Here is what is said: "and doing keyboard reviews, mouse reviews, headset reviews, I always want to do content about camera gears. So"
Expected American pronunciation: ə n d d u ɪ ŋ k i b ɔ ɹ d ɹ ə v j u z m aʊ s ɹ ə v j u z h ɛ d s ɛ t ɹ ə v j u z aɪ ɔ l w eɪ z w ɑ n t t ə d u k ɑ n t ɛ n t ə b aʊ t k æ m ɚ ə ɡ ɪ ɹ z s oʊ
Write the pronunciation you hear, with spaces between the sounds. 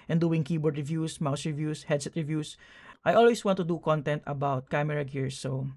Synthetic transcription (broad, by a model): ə n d d u ɪ ŋ k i b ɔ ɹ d ɹ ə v j u s m aʊ s ɹ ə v j u s h ɛ d s ɛ t ɹ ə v j u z aɪ ɔ l w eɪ s w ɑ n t t ə d u k ɑ n t ɛ n t ə b aʊ t k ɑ m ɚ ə ɡ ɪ ɹ s oʊ